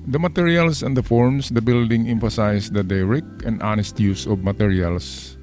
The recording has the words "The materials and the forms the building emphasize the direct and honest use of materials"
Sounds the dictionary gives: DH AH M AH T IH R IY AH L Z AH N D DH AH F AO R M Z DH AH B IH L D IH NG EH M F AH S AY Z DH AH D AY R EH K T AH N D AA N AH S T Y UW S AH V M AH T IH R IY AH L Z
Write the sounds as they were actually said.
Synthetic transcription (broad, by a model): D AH M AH T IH R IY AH L S AH N D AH F AO R M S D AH B IH L D IH NG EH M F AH S AY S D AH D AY R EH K AH N D AA N AH S T Y UW S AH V M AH T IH R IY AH L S